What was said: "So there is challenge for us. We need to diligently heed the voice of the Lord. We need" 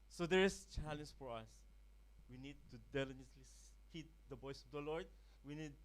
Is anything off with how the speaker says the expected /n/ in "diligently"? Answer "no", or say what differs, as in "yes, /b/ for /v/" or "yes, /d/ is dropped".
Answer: yes, /n/ is dropped